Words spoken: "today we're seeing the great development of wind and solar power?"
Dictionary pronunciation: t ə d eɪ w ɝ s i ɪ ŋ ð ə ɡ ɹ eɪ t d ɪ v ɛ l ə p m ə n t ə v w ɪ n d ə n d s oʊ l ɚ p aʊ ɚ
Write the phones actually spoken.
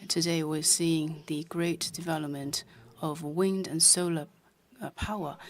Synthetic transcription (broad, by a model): t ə d eɪ w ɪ s i ɪ ŋ ð ə ɡ ɹ eɪ t d ɪ v ɛ l ə p m ə n t ə v w ɪ n d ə n s oʊ l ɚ p aʊ ɚ